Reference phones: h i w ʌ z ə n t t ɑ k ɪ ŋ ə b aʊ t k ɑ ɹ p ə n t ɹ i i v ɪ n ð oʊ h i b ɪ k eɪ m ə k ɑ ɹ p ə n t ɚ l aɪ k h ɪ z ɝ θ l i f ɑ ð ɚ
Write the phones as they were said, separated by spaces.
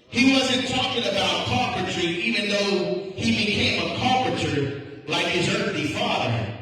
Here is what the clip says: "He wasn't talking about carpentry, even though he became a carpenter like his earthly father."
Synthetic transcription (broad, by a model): h i w ʌ z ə n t t ɑ k ɪ ŋ ə b aʊ t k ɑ ɹ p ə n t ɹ i i v ɪ n ð oʊ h i b ɪ k eɪ m ə k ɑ ɹ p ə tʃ ɚ l aɪ k h ɪ z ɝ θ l i f ɑ ð ɚ